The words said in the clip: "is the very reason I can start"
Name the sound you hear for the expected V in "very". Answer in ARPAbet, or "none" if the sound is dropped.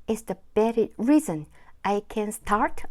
B